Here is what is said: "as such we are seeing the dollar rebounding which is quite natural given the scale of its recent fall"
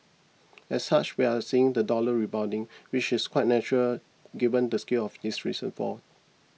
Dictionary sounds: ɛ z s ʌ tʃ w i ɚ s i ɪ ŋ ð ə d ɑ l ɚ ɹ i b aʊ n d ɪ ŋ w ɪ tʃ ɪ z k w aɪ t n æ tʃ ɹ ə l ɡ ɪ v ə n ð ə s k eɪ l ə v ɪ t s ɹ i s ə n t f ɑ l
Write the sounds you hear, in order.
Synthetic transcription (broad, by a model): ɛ s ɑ tʃ w i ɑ s i ɪ ŋ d ə d ɑ l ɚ ɹ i b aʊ d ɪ ŋ w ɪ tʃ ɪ s k w aɪ t n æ tʃ ɹ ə l ɡ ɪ v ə n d ə s k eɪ l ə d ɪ s ɹ i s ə n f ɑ